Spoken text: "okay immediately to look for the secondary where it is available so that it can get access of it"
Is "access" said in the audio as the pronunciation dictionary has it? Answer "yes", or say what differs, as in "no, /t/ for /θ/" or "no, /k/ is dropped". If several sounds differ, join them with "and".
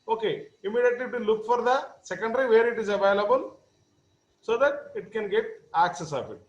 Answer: yes